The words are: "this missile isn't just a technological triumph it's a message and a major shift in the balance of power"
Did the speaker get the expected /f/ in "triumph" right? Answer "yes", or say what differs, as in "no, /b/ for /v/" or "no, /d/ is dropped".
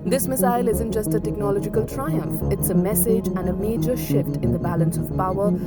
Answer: yes